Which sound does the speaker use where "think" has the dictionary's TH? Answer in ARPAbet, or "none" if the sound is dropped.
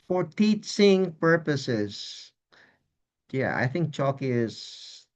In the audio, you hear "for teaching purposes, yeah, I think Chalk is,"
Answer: TH